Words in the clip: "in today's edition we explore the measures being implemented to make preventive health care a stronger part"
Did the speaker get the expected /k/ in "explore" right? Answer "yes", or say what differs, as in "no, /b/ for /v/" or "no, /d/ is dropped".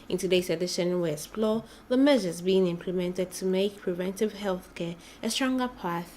no, /k/ is dropped